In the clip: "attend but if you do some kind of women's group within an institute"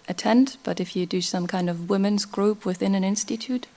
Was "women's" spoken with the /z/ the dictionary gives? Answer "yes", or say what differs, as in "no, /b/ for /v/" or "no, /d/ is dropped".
yes